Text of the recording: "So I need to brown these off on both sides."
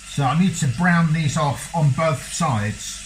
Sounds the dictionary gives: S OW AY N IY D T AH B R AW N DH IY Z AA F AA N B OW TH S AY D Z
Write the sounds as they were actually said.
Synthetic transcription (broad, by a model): S OW AY N IY D T AH B R AW N DH IY Z AA F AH N B OW TH S AY D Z